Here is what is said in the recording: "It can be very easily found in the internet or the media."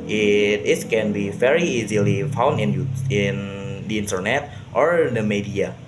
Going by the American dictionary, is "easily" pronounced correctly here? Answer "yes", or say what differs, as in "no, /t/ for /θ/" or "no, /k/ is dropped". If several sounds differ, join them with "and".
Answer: yes